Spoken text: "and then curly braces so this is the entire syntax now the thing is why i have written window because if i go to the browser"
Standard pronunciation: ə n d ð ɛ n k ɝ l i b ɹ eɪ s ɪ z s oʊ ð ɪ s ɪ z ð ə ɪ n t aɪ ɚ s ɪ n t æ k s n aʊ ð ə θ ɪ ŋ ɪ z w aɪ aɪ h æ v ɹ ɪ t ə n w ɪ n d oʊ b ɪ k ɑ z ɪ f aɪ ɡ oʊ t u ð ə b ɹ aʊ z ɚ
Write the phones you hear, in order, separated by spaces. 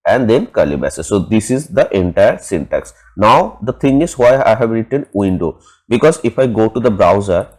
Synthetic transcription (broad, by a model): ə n d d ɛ n k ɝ l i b eɪ s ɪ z s oʊ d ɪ s ɪ z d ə ɪ n t aɪ ɚ s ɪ n t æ k s n aʊ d ə t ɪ ŋ ɪ z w aɪ aɪ h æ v ɹ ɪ t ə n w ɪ n d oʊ b ɪ k ɑ z ɪ f aɪ ɡ oʊ t u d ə b ɹ aʊ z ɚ